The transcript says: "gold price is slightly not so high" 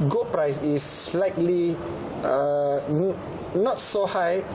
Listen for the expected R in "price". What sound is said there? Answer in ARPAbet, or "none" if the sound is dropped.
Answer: R